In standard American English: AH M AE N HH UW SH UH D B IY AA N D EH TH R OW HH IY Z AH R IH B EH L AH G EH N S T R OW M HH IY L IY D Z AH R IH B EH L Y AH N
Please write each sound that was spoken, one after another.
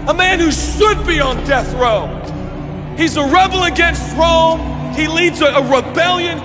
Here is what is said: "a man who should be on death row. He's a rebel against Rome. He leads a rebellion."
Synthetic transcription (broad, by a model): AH M AE N HH UW SH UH D B IY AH N D EH TH R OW HH IY Z AH R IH B L AH G EH N S T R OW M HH IY L IY D Z AH R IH B EH L Y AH N